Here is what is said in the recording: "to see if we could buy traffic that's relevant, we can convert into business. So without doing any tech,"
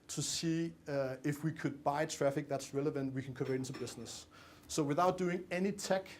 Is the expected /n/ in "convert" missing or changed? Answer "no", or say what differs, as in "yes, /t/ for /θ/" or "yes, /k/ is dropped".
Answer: yes, /n/ is dropped